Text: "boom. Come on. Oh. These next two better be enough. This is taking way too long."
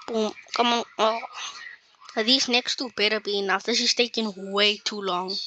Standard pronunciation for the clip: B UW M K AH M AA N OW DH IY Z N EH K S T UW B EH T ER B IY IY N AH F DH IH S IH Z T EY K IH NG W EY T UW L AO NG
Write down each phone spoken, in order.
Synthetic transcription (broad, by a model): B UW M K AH M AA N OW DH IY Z N EH K S T UW B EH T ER B IY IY N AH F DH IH SH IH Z T EY K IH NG W EY T UW L AO NG